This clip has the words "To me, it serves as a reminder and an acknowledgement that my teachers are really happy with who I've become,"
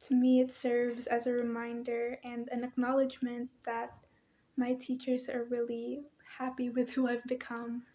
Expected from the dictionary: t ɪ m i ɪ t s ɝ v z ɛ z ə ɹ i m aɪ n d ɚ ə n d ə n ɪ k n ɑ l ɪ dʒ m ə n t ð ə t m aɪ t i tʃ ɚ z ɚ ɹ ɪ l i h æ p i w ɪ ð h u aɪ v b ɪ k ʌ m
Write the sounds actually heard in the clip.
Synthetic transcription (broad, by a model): t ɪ m i ɪ t s ɝ v z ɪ z ə ɹ i m aɪ n d ɚ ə n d ə n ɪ k n ɑ l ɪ dʒ m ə n ð ə t m aɪ t i tʃ ɚ z ɚ ɹ ɪ l i h æ p i w ɪ ð h u aɪ v b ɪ k ʌ m